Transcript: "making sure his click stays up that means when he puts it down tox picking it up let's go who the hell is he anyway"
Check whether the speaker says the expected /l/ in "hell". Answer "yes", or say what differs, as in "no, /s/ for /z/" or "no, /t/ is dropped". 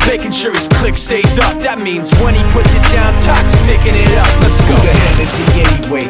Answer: no, /n/ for /l/